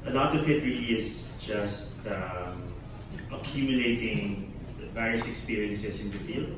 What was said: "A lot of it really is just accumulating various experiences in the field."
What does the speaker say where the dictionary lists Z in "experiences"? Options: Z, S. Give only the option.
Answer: S